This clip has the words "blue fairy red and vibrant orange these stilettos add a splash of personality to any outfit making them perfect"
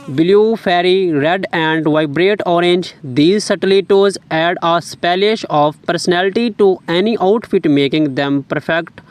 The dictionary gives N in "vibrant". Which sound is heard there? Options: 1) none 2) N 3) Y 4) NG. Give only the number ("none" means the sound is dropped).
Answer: 1